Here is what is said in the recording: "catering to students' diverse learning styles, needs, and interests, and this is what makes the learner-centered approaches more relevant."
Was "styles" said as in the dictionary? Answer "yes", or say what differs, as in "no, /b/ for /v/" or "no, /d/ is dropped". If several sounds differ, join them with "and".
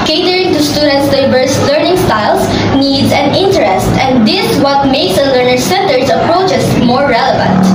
no, /s/ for /z/